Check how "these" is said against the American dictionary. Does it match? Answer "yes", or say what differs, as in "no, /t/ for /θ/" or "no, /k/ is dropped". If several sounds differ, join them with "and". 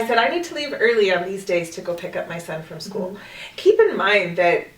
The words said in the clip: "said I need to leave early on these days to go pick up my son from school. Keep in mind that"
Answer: yes